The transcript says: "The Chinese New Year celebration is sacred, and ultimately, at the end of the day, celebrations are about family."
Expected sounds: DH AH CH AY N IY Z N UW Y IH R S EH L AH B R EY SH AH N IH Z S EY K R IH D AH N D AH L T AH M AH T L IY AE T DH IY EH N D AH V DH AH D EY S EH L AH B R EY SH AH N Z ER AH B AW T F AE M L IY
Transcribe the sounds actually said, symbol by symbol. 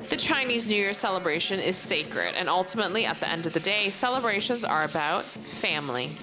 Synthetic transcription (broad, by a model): DH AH CH AY N IY Z N UW Y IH R S EH L AH B R EY SH AH N IH Z S EY K R IH D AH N AH L T AH M AH T L IY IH T DH IY EH N D AH V DH AH D EY S EH L AH B R EY SH AH N Z ER AH B AW T F AE M L IY